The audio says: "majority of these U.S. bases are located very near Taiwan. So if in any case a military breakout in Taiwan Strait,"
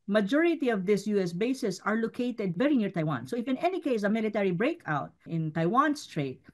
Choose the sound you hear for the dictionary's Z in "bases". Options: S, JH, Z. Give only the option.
S